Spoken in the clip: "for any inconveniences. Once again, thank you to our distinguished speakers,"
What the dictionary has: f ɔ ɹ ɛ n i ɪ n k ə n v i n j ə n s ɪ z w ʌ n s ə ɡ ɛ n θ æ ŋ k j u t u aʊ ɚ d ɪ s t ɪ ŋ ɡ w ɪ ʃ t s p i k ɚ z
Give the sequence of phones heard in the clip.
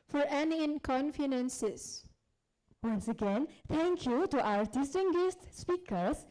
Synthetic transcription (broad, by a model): f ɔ ɹ ɛ n i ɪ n k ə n f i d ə n s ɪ s w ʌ n s ə ɡ ɛ n t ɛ ŋ k j u t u aʊ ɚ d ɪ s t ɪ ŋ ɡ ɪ s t s p i k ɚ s